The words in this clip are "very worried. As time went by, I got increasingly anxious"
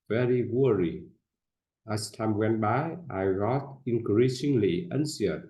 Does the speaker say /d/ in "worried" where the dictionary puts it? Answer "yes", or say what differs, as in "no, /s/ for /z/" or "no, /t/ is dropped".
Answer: no, /d/ is dropped